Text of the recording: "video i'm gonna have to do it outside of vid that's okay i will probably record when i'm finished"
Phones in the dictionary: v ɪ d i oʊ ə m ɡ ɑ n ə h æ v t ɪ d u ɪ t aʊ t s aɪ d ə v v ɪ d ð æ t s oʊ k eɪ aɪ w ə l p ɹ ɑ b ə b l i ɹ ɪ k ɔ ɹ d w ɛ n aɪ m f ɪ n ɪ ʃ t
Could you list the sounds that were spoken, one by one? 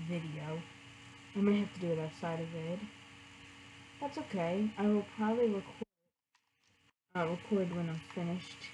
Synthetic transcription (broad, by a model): v ɪ d i oʊ ə m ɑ ə h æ f t ɪ d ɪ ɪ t aʊ t s aɪ d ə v v ɪ d ð æ t s oʊ k eɪ aɪ w ə l p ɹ ɑ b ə b l i ɹ ɪ k ɔ ɹ d w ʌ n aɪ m f ɪ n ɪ ʃ t